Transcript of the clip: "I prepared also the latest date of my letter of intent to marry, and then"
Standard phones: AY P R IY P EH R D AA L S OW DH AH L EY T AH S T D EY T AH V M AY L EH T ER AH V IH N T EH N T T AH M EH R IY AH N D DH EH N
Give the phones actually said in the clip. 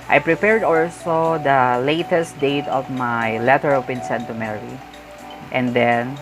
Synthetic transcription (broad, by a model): AY P R IY P EH R D AA L S OW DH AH L EY T AH S T D EY T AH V M AY L EH T ER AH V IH N S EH N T T AH M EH R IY AH N D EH N